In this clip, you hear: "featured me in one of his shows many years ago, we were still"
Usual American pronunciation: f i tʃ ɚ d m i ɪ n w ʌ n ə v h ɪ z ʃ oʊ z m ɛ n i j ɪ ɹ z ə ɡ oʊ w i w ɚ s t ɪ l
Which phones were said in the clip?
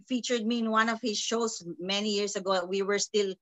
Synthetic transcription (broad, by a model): f i tʃ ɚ d m i ɪ n w ʌ n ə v h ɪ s ʃ oʊ s m ɛ n i j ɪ ɹ s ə ɡ oʊ w i w ɚ s t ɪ l